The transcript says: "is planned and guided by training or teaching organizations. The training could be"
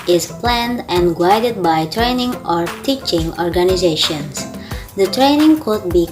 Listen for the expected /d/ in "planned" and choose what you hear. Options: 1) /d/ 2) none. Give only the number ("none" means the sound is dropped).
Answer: 1